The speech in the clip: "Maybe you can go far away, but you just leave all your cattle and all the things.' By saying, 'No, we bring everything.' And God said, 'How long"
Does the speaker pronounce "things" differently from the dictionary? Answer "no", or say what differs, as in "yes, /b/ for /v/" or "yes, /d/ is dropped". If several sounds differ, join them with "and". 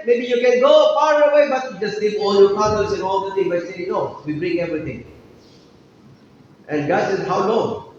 yes, /t/ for /θ/ and /z/ is dropped